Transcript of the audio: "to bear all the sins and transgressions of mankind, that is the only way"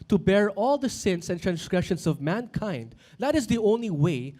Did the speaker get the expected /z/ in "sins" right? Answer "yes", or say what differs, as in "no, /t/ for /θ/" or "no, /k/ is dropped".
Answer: no, /s/ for /z/